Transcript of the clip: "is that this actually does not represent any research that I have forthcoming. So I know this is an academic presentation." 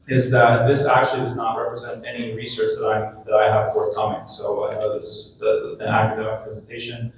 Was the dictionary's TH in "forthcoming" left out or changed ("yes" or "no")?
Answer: no